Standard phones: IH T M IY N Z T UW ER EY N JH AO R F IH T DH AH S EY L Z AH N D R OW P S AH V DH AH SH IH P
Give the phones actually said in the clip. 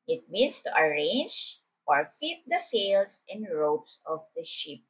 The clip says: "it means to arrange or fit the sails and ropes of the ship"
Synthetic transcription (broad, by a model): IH T M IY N S T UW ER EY N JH AO R F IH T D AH S EY L S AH N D R OW P S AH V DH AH SH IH P